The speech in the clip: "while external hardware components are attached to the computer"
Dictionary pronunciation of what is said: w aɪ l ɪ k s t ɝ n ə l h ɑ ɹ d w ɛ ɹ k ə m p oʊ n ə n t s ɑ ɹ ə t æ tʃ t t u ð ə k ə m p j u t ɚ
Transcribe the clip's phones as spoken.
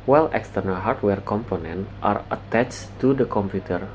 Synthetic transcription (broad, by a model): w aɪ l ɪ k s t ɝ n ə l h ɑ ɹ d w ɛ ɹ k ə m p oʊ n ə n t ɑ ɹ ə t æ tʃ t t u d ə k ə m p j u t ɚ